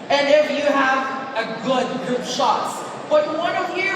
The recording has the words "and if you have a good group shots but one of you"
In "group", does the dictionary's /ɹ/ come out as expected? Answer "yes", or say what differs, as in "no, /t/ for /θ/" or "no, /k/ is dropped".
no, /ɹ/ is dropped